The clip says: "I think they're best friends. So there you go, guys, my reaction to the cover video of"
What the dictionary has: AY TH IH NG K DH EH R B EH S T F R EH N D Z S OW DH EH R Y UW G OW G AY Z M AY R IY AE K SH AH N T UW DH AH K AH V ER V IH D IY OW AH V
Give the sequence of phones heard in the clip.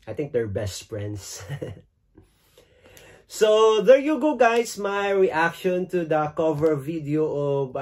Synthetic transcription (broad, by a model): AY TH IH NG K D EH R B EH S T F R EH N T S S OW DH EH R Y UW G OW G AY S M AY R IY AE K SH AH N T UW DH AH K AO V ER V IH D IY OW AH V